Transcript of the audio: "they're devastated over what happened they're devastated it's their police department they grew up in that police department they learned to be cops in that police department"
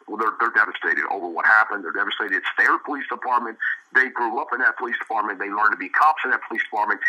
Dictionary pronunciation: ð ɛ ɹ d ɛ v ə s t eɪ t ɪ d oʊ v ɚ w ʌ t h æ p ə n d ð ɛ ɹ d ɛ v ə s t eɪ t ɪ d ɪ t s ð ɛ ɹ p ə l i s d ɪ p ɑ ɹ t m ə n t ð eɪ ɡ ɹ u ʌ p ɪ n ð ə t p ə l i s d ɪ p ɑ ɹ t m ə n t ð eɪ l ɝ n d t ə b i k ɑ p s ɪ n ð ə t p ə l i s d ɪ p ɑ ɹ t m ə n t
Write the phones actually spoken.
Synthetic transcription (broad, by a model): ð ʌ ɹ d ɛ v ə s t eɪ t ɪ d oʊ v ɚ w ʌ t h æ p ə n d ð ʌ ɹ d ɛ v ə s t eɪ ɪ d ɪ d s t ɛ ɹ p ə l i s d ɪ p ɑ ɹ t m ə n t ð eɪ ɡ ɹ u ʌ p ɪ n ð ə t p ə l i s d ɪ p ɑ ɹ t m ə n ð eɪ l ɝ n t ə b i k ɑ p s ɪ n ð ə t p ə l i s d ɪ p ɑ ɹ t m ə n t